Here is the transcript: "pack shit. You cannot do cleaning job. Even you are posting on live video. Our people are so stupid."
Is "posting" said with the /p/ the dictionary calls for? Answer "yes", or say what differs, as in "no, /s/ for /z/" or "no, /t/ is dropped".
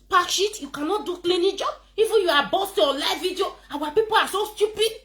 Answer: no, /b/ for /p/